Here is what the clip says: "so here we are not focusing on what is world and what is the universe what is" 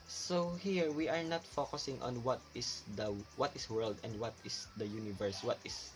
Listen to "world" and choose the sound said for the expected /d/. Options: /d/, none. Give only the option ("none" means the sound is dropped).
/d/